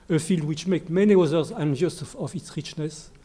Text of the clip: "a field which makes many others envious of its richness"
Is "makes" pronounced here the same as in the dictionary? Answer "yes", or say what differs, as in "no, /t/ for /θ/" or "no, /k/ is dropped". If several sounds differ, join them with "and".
no, /s/ is dropped